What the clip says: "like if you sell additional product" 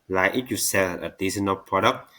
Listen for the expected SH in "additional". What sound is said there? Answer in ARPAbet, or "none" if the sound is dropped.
S